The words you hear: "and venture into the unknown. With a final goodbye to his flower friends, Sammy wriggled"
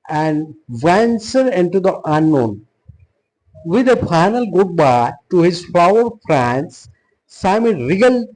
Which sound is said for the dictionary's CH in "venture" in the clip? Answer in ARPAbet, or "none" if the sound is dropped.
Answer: S